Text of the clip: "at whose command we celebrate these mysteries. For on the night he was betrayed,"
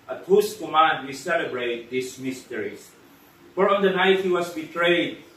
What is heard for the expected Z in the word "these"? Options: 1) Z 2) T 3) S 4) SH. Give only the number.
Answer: 3